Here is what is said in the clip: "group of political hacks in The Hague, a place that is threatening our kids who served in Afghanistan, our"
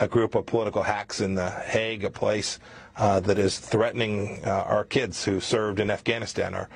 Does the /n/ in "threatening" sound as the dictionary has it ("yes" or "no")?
yes